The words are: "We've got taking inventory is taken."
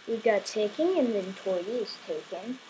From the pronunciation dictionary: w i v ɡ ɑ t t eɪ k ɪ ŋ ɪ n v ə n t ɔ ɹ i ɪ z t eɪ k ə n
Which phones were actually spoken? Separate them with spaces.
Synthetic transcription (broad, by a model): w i ɡ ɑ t t eɪ k ɪ ŋ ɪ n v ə n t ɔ ɹ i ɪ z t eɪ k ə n